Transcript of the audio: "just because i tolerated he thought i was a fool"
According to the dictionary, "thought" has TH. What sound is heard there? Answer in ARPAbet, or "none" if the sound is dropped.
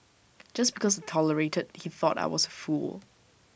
TH